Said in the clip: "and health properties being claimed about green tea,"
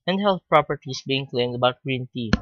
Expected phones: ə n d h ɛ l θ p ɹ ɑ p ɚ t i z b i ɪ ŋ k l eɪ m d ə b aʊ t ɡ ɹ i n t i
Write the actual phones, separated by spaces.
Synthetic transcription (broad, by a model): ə n d h ɛ l θ p ɹ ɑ p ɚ t i s b i ɪ ŋ k l eɪ m d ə b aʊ t ɡ ɹ i n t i